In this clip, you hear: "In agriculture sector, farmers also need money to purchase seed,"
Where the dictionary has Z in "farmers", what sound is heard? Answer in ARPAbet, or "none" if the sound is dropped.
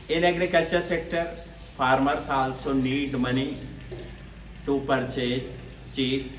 S